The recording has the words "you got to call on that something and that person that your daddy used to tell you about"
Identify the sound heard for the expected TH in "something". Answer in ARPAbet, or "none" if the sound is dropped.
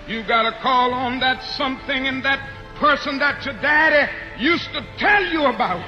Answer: TH